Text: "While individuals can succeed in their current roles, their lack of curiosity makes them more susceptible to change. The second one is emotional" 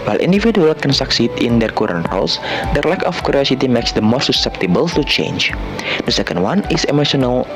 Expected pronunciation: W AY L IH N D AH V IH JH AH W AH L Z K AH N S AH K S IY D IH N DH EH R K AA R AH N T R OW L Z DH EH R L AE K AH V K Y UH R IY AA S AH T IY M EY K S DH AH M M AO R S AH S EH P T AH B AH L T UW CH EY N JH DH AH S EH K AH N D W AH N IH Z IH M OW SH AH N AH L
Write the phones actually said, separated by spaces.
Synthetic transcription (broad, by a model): W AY L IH N D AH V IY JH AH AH L K AH N S AH K S IY D IH N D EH R K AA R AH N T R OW L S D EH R L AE K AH F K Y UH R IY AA S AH T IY M EY K S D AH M M AO R S AH S EH P T AH B AH L T UW CH EY N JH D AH S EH K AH N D W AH N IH S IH M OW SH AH N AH L